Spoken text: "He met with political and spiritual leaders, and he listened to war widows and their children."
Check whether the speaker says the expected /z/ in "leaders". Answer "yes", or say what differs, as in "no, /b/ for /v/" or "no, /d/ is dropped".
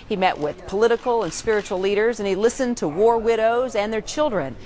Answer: yes